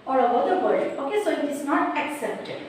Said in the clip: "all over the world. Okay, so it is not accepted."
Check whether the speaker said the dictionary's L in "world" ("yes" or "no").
no